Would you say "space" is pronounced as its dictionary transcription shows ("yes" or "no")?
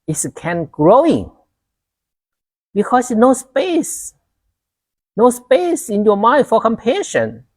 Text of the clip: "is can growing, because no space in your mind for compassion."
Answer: yes